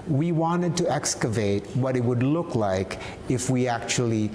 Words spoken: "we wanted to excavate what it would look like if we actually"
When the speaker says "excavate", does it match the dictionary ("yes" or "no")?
yes